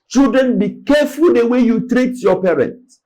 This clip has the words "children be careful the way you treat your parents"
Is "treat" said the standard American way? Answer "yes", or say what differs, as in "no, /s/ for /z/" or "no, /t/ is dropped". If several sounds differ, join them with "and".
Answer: yes